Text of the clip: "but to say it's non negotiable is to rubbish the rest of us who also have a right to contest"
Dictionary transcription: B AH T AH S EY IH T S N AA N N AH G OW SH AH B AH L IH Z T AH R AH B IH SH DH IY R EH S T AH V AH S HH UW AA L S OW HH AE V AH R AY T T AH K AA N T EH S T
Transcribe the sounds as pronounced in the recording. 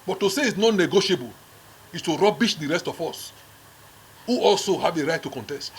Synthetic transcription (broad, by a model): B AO T AH S EY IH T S N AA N N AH G OW SH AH B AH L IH S T AH R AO B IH SH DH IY R EH S T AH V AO S HH UW AA L S OW HH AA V AH R AY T T AH K AA N T EH S T